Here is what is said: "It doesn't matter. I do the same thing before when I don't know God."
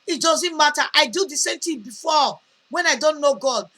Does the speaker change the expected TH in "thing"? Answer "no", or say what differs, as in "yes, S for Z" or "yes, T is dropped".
yes, T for TH